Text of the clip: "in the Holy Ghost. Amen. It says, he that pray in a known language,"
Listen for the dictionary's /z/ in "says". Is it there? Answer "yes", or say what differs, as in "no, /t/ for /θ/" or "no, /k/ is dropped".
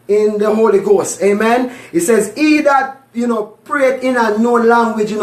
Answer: yes